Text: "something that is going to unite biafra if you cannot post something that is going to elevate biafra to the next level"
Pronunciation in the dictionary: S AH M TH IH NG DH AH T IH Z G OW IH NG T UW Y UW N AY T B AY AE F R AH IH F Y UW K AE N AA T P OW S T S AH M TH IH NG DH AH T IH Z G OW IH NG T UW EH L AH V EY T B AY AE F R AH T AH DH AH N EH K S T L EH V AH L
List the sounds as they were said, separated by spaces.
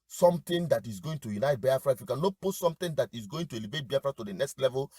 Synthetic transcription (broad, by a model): S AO M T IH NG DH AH T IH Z G OW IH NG T UW Y UW N AY T B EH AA F R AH IH F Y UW K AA N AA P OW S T S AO M T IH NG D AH T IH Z G OW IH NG T UW EH L AH V EY T B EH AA F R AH T AH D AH N EH K S T L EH V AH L